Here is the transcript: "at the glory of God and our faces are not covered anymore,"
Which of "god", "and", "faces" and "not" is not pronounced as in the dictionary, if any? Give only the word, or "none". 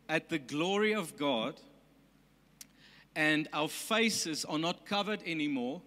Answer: none